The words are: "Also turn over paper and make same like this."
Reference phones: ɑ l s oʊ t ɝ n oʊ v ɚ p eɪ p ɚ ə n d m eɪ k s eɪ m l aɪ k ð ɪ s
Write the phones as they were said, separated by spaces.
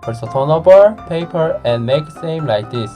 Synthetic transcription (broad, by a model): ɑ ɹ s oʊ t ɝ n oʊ b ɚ p eɪ p ɚ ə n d m eɪ k s eɪ m l aɪ k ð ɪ s